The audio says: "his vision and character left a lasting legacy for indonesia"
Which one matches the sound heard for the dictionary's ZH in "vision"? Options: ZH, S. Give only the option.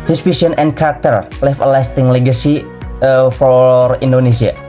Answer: S